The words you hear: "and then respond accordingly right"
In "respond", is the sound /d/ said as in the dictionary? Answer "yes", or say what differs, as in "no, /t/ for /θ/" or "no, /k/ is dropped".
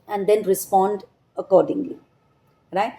yes